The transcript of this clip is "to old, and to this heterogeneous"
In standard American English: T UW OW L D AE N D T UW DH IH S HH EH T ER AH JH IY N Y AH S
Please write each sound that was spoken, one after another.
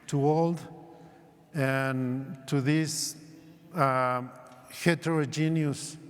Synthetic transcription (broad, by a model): T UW OW L D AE N T UW DH IH S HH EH T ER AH JH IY N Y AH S